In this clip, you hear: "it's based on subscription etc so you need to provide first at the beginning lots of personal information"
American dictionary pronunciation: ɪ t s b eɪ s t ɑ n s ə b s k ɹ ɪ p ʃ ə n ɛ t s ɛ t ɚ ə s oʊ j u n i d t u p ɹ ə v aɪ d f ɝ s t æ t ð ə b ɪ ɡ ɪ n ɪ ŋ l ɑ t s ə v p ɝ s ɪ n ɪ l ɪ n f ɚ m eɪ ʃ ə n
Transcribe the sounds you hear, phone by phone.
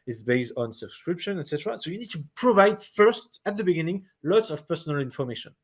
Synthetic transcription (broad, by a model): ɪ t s b eɪ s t ɑ n s ə b s k ɹ ɪ p ʃ ə n ɛ t s ɛ t ɚ ə s oʊ j u n i d t u p ɹ ə v aɪ d f ɝ s t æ t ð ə b ɪ ɡ ɪ n ɪ ŋ l ɑ t s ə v p ɝ s ɪ n ɪ l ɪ n f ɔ m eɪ ʃ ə n